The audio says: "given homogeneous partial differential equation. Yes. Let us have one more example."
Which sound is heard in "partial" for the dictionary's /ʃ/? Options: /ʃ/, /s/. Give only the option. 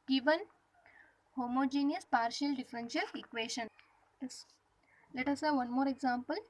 /ʃ/